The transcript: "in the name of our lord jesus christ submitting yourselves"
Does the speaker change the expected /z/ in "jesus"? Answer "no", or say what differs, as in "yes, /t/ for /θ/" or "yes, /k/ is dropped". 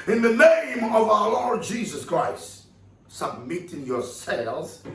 no